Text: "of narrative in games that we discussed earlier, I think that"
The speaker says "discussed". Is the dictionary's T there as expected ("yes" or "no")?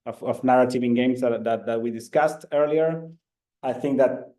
yes